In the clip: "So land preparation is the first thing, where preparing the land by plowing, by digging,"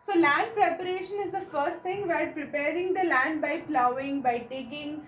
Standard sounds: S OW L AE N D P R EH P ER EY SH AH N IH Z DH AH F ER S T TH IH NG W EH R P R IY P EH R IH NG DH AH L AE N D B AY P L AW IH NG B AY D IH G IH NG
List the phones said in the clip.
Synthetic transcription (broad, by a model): S OW L AE N D P R EH P ER EY SH AH N IH Z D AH F ER S T T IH NG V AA L P R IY P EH R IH NG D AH L AE N D B AY P L AW IH NG B AY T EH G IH NG